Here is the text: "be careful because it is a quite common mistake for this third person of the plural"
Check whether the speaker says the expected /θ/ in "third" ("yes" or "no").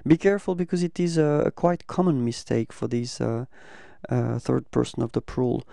yes